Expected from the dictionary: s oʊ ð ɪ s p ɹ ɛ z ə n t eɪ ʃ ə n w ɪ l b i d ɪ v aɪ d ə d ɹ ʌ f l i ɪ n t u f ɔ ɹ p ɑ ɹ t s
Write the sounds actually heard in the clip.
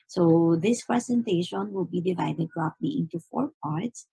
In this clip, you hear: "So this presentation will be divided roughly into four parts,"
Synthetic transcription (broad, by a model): s oʊ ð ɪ s p ɹ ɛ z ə n t eɪ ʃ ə n w ɪ l b i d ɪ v aɪ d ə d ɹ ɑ p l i ɪ n t u f ɔ ɹ p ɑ ɹ t s